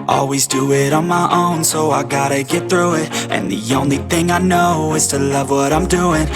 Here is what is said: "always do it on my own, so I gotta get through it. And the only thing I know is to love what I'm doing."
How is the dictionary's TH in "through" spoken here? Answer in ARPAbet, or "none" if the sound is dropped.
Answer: TH